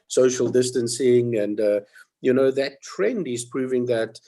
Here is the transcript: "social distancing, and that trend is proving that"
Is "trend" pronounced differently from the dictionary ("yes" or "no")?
no